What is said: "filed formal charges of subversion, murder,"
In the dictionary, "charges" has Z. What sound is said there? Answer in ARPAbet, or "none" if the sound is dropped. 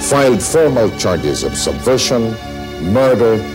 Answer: Z